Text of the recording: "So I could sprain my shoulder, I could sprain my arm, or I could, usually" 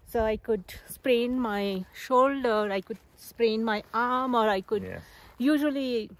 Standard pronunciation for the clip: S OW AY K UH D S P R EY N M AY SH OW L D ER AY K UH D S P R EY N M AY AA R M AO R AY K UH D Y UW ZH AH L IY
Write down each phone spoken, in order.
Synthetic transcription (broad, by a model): S OW AY K UH D S P R EY N M AY SH OW L D ER AY K UH D S P R EY N M AY AA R M AO R AY K UH D Y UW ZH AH L IY